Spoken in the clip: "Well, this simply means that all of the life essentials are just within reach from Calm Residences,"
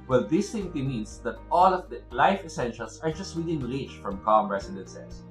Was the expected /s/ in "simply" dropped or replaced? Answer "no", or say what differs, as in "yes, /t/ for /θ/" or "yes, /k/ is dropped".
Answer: yes, /θ/ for /s/